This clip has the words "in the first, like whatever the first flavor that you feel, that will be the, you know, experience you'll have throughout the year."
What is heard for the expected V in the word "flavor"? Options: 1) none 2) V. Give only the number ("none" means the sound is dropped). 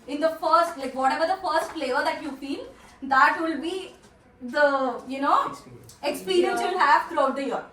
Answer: 1